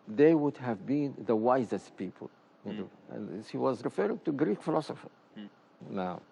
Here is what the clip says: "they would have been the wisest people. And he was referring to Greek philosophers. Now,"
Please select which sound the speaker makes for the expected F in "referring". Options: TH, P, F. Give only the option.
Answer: F